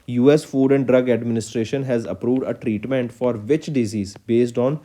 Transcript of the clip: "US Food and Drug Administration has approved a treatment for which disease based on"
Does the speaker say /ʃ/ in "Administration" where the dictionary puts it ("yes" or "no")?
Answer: yes